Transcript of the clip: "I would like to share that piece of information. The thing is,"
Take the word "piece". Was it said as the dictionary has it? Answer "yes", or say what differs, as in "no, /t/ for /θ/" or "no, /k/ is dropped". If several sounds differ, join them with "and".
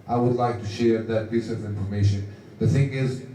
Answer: no, /b/ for /p/